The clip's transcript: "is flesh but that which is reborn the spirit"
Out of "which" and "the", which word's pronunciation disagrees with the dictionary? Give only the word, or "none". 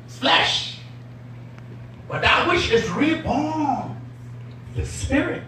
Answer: which